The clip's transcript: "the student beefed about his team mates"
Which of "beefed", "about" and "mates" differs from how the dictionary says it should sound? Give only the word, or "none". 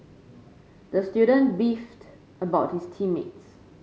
none